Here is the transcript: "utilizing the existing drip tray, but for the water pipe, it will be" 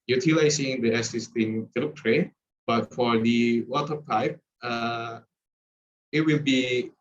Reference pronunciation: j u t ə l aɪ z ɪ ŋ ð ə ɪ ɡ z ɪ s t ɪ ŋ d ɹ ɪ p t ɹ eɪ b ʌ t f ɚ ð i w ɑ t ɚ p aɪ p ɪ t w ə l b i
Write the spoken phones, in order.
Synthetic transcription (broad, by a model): j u t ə l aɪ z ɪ ŋ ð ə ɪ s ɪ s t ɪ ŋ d ɪ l t ɹ eɪ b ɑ t f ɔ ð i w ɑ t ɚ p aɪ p ɪ t w ə l b i